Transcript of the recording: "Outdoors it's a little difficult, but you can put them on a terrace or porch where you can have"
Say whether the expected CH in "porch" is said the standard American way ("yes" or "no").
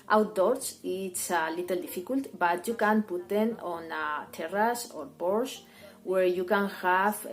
no